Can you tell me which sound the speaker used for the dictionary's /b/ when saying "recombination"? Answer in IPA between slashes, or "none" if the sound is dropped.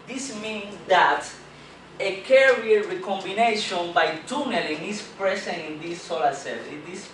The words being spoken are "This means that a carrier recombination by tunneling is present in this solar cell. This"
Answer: /b/